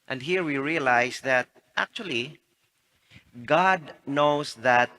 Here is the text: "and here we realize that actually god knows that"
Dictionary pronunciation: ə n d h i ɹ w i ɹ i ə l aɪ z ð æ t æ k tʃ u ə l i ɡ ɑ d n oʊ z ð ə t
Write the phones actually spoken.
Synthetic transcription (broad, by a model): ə n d h i ɹ w i ɹ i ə l aɪ s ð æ t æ k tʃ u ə l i ɡ ɑ d n oʊ s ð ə t